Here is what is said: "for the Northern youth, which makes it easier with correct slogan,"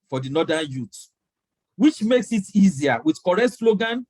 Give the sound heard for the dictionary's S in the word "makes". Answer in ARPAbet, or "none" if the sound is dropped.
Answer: S